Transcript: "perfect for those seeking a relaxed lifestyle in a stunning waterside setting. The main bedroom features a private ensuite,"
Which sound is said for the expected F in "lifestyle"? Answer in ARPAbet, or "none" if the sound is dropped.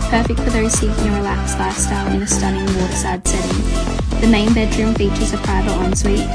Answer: none